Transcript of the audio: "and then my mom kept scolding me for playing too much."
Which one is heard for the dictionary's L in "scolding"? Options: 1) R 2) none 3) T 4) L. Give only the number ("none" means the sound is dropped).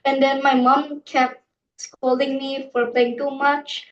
4